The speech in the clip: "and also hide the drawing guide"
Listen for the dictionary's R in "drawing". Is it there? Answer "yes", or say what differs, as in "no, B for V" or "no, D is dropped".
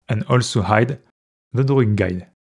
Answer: no, R is dropped